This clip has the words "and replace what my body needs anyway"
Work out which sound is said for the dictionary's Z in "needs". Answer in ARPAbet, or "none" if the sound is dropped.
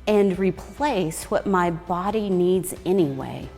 Z